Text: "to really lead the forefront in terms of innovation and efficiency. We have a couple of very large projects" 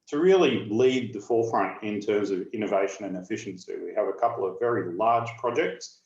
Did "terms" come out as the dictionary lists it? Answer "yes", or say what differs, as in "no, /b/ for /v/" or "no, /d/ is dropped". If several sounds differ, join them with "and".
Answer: yes